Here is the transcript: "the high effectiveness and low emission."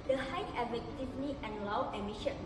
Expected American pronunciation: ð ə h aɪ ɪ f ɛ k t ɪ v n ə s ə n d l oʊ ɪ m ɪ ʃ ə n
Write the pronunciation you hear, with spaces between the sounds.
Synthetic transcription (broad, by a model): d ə h aɪ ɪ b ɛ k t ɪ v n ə ə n l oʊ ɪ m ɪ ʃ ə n